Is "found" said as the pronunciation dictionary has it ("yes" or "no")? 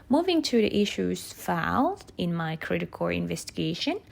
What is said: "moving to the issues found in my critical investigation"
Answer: no